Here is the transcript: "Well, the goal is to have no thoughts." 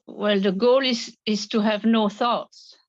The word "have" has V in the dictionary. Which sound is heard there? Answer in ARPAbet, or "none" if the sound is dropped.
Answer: V